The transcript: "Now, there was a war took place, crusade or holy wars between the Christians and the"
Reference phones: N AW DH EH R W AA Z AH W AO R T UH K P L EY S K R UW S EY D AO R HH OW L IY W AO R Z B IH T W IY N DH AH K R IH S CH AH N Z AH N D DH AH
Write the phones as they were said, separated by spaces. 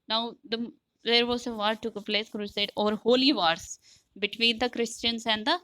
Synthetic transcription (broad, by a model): N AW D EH R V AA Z AH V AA R T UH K P L EY S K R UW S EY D AO R HH OW L IY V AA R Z B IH T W IY N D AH K R IH S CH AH N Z AH N D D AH